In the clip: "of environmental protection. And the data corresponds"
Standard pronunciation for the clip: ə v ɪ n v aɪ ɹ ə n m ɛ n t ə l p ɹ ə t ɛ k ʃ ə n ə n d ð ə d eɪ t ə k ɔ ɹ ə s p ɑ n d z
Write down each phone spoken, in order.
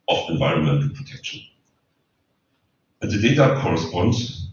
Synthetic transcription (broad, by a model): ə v ɪ n v aɪ ɹ ə n m ɛ n t ə l p ɹ ə t ɛ k ʃ ə n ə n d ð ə d eɪ t ə k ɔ ɹ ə s p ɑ n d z